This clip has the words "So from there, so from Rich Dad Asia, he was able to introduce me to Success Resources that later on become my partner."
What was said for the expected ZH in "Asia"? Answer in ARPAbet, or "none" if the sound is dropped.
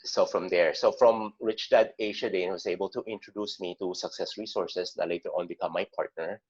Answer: SH